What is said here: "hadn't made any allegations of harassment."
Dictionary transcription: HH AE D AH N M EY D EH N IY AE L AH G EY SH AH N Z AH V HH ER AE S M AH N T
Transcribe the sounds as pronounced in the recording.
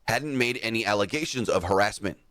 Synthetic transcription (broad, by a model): HH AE D N M EY D EH N IY AE L AH G EY SH AH N Z AH V HH ER AE S M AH N T